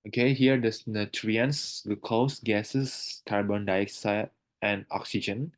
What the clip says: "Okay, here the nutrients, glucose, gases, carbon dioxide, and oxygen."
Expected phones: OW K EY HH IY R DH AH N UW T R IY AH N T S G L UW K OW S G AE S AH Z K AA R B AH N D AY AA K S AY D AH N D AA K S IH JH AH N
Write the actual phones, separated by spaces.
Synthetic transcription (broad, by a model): OW K EY HH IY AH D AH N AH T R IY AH N S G UW K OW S G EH S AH S K AA R B AH N D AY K S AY AH N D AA K S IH JH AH N